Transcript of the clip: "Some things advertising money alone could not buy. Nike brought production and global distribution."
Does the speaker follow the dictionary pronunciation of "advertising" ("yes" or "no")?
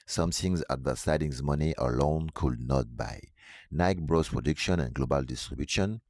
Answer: no